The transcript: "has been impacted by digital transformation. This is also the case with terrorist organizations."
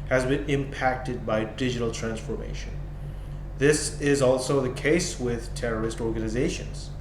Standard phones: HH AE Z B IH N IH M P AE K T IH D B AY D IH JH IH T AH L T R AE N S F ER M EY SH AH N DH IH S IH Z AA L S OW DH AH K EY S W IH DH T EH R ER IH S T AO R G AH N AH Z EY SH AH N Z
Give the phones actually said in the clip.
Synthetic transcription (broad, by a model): HH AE Z B IH N IH M P AE K T IH D B AY D IH JH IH T L T R AE N S F ER M EY SH AH N DH IH S IH Z AA L S OW DH AH K EY S W IH DH T EH R ER IH S T AO R G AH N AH Z EY SH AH N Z